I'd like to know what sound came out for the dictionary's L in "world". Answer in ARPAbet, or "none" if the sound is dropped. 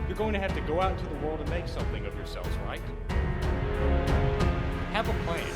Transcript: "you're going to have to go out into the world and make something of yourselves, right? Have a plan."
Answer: L